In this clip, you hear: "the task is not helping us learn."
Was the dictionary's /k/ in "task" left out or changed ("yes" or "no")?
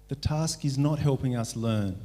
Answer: no